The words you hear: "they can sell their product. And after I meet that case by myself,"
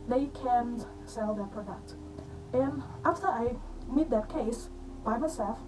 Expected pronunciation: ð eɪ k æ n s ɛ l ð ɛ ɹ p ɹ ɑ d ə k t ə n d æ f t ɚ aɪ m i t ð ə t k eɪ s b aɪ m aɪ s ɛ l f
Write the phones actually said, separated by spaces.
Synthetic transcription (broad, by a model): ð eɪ k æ n s ɛ l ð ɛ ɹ p ɹ ɑ d ə k t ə n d æ f t ɚ aɪ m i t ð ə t k eɪ s b aɪ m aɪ s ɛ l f